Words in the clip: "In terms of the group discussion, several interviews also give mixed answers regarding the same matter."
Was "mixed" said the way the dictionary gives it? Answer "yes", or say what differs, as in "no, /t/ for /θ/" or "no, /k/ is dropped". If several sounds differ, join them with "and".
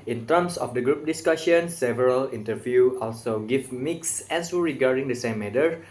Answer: no, /t/ is dropped